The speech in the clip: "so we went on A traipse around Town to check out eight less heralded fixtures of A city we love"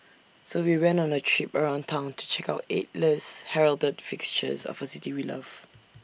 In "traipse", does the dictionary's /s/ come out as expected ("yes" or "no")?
no